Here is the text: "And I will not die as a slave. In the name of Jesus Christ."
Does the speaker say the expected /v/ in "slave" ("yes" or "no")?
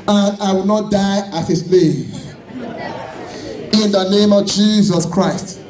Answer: no